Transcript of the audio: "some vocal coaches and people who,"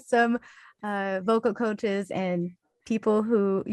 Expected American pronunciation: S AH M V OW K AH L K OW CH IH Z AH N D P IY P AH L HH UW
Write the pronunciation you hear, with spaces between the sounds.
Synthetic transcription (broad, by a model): S AH M V OW K L K OW CH IH Z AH N P IY P L HH UW